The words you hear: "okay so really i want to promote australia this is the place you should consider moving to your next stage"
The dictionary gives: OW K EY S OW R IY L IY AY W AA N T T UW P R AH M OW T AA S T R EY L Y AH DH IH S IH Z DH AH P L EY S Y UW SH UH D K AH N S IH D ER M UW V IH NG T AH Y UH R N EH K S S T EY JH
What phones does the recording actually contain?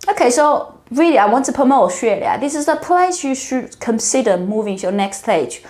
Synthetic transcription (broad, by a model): OW K EY S OW R IY L IY AY W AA N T T UW P AH M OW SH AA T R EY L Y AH DH IH S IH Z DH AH P L EY S Y UW SH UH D K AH N S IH D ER M UW V IH NG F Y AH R N EH K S S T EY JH